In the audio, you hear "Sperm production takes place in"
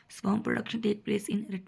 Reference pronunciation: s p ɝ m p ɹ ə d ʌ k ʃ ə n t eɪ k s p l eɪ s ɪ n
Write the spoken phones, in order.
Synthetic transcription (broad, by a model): s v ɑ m p ɹ ə d ʌ k ʃ ə n t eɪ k p l eɪ s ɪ n